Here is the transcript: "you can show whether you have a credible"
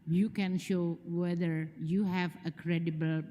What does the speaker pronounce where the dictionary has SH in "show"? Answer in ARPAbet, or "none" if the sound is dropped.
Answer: SH